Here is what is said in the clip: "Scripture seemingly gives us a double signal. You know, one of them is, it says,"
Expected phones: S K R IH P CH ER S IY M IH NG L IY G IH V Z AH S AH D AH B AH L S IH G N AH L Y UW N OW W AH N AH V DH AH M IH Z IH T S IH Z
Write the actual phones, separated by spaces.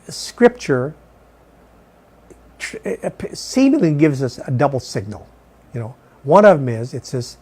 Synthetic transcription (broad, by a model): S K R IH P CH ER S IY M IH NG L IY G IH V Z AH S AH D AH B L S IH G N L Y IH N OW W AH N AH V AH M IH Z IH T S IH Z